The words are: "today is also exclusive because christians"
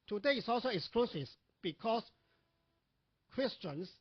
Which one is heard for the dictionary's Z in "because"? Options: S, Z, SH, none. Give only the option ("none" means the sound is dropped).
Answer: S